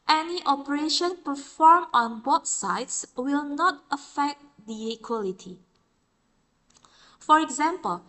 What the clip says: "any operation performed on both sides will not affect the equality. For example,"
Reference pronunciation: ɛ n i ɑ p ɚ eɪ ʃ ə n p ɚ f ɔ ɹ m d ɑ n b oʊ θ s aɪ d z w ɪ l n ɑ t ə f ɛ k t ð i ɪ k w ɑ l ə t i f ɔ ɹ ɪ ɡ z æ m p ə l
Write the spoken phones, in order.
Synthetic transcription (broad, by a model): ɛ n i ɑ p ɚ eɪ ʃ ə n p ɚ f ɔ ɹ m ɑ n b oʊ t s aɪ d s w ɪ l n ɑ t ə f ɛ k t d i ɪ k w ɑ l ə t i f ɔ ɹ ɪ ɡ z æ m p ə l